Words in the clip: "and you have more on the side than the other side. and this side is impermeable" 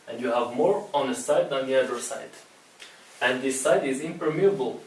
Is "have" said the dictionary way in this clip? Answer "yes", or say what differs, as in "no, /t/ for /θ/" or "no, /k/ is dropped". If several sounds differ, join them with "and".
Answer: yes